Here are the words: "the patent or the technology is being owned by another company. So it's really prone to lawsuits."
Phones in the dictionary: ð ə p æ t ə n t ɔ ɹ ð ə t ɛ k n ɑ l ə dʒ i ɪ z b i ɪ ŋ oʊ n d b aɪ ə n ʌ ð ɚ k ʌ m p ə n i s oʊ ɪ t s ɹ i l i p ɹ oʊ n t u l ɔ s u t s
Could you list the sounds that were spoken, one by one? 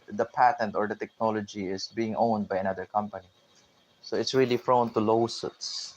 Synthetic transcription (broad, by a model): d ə p æ t ə n t ɔ ɹ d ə t ɛ k n ɑ l ə dʒ i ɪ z b i ɪ ŋ oʊ n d b aɪ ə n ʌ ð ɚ k ʌ m p ə n i s oʊ ɪ t s ɹ i l i f ɹ oʊ n t u l ɔ s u t s